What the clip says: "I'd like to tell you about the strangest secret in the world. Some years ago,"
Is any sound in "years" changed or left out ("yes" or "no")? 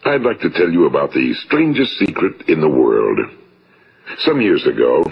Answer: no